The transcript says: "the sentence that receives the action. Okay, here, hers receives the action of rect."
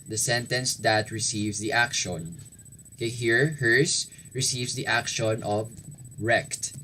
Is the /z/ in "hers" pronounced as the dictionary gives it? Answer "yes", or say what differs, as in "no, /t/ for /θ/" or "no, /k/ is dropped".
no, /s/ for /z/